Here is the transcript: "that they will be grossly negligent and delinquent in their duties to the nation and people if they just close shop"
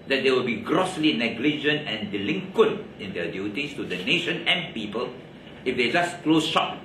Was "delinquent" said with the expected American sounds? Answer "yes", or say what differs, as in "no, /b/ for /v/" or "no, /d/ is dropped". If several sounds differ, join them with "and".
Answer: yes